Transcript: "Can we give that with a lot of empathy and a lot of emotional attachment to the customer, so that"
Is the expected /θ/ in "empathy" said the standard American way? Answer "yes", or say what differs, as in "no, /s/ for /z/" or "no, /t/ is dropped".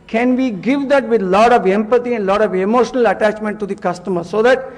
no, /t/ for /θ/